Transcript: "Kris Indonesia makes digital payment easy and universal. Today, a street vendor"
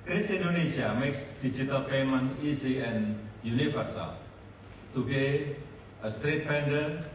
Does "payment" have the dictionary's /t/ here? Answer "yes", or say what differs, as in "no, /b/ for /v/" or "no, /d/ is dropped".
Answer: no, /t/ is dropped